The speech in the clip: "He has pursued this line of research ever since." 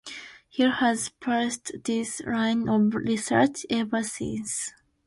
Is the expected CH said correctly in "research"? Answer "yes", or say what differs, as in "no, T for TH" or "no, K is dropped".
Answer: yes